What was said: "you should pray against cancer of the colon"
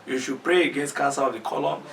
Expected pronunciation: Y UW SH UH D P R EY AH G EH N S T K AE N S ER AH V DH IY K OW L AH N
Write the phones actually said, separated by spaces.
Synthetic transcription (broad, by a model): Y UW SH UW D P R EY AH G EH N S T K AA S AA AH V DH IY K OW L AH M